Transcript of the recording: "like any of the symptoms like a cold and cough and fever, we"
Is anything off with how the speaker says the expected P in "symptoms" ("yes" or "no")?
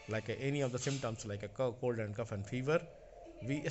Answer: yes